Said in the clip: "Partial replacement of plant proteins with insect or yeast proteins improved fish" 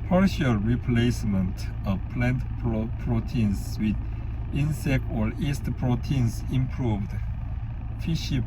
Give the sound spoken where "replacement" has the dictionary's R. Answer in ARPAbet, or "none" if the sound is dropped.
R